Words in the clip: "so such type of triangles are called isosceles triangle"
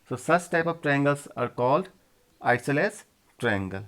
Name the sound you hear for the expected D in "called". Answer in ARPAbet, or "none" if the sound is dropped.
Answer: D